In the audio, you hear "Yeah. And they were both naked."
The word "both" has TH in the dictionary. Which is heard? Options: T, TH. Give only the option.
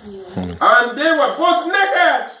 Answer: T